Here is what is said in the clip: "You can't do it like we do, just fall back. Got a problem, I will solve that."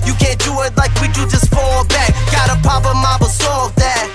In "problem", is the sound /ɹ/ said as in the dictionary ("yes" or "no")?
no